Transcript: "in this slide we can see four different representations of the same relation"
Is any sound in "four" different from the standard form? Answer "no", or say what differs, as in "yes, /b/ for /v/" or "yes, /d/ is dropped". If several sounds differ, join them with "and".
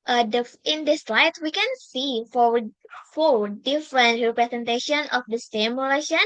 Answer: yes, /l/ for /ɹ/